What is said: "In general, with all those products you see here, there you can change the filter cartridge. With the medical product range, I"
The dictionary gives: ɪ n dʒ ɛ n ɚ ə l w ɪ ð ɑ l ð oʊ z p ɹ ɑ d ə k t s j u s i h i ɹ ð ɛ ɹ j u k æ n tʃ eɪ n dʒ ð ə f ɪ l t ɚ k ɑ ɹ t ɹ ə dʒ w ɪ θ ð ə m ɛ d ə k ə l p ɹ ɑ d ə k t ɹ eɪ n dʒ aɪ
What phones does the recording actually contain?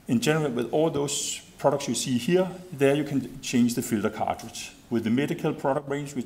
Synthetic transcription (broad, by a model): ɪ n dʒ ɛ n ɚ ə l w ɪ ð ɑ l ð oʊ s p ɹ ɑ d ə k t s j u s i h i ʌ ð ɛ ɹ j u k æ n tʃ eɪ n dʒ ð ə f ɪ l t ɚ k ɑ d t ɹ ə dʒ w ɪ ð ə m ɛ d ə k ə l p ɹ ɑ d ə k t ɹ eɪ n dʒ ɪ